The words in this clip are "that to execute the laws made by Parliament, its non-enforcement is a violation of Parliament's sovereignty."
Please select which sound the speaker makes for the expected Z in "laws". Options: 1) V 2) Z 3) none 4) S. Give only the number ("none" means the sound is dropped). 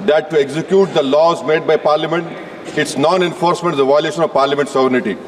2